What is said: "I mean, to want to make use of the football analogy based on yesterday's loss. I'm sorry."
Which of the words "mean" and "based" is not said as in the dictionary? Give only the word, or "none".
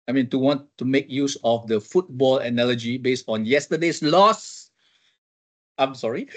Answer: none